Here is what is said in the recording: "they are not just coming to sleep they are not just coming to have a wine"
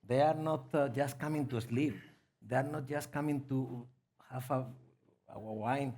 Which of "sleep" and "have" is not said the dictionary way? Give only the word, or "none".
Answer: have